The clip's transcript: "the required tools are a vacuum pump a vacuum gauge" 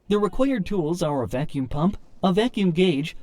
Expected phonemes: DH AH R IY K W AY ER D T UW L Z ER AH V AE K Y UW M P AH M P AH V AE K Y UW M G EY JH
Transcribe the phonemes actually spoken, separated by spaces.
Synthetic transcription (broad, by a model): DH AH R IY K W AY ER D T UW L Z ER AH V AE K Y UW M P AH M P AH V AE K Y UW M G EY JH